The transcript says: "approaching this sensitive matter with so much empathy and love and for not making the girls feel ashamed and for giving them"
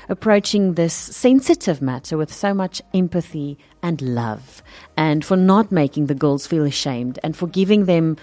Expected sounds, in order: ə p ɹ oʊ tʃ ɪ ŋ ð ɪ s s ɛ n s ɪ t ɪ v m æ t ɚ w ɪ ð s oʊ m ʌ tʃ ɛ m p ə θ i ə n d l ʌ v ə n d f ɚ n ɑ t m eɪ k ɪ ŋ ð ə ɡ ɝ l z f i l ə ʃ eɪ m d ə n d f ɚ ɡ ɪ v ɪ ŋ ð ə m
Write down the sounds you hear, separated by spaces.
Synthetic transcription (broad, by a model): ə p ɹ oʊ tʃ ɪ ŋ ð ɪ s s ɛ n s ɪ t ɪ v m æ t ɚ w ɪ ð s oʊ m ʌ tʃ ɛ m p ə θ i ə n l ʌ v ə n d f ɚ n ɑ t m eɪ k ɪ ŋ ð ə ɡ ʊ l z f i l ə ʃ eɪ m d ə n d f ɚ ɡ ɪ v ɪ ŋ ð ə m